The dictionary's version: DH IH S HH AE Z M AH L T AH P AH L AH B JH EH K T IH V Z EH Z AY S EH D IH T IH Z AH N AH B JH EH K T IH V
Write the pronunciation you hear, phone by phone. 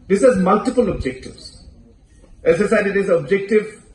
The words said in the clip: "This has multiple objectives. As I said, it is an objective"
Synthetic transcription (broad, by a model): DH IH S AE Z M AH L T AH P AH L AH B JH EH K T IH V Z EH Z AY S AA IH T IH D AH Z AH B JH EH K T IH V